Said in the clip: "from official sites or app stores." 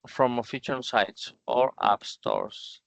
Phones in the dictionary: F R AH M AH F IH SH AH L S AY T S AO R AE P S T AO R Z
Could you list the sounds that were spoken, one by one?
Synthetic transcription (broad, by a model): F R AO M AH F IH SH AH N S AY T S AO R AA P S T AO R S